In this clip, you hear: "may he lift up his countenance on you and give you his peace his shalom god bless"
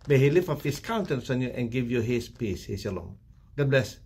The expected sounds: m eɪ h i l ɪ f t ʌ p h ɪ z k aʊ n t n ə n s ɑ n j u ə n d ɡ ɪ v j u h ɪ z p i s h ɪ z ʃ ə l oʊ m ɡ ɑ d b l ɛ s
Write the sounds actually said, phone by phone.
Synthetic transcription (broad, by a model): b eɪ h i l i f ɔ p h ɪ s k aʊ n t ə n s ɑ n j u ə n ɡ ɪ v j u h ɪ s p i s h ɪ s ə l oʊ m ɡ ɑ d b l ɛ s